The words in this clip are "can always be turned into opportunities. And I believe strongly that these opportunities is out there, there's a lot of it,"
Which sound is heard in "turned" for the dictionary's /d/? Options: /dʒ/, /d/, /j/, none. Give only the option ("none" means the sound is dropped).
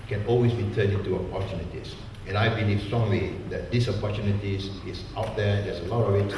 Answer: none